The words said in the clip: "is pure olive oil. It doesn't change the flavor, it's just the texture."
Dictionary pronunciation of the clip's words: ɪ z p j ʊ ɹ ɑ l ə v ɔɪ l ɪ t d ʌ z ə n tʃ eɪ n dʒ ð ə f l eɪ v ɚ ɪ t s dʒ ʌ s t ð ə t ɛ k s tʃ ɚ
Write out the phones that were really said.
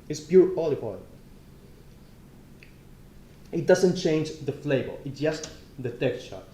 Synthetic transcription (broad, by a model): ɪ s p j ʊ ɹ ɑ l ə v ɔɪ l ɪ t d ʌ z ə n tʃ eɪ n dʒ ð ə f l eɪ b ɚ ɪ t s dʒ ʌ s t ð ə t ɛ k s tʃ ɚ